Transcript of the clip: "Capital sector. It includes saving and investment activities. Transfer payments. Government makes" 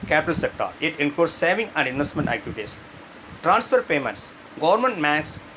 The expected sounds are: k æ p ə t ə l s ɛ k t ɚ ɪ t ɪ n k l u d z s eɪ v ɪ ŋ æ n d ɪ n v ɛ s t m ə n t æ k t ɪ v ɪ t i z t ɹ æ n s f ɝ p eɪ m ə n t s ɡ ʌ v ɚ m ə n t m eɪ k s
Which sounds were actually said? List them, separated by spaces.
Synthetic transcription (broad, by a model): k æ p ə t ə l s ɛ k t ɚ ɪ t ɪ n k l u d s s eɪ v ɪ ŋ æ n d ɪ n v ɛ s t m ə n t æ k t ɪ v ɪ t i s t ɹ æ n s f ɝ p eɪ m ə n t s ɡ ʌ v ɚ m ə n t m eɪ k s